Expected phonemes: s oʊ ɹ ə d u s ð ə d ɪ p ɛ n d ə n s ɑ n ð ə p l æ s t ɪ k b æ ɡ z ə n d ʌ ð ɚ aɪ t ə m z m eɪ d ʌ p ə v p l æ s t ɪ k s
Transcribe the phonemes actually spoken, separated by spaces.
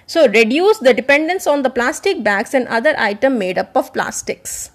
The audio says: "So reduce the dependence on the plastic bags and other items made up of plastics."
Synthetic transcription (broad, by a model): s oʊ ɹ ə d u s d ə d ɪ p ɛ n d ə n s ɑ n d ə p l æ s t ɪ k b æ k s ə n d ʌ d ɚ aɪ t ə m m eɪ d ʌ p ə v p l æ s t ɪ k s